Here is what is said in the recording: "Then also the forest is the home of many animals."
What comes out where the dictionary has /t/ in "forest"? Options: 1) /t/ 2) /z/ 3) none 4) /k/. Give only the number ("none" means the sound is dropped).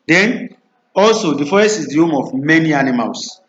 3